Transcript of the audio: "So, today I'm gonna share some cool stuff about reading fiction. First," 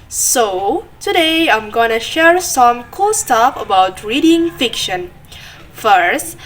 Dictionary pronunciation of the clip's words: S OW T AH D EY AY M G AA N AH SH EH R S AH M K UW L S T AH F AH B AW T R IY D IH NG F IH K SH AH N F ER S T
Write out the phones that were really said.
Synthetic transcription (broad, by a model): S OW T AH D EY AY M G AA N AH SH EH R S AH M K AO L S T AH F AH B AW T R IY D IH NG F IH K SH AH N F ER S T